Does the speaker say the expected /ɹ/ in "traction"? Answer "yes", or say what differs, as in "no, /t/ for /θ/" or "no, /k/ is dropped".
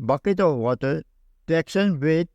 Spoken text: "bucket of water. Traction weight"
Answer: no, /ɹ/ is dropped